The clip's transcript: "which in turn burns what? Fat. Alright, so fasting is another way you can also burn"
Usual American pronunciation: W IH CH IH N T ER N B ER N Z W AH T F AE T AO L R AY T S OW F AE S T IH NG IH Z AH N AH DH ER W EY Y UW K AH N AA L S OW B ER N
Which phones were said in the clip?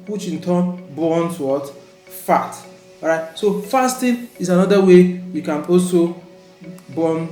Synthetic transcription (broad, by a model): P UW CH IH N T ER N B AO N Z W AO T F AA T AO R AY T S OW F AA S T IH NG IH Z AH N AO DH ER W EY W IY K AH N AA L S OW B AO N